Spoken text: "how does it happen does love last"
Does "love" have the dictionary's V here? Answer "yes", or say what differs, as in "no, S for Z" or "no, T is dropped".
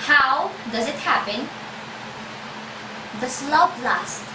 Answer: no, P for V